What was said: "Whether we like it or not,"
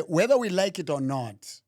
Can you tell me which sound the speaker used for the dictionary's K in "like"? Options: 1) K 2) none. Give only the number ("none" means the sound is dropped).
1